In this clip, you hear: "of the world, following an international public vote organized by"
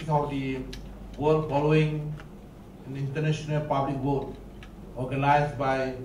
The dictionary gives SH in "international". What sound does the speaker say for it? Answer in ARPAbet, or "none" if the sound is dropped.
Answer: S